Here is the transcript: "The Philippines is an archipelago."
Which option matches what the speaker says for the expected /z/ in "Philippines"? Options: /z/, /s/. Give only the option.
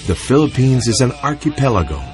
/z/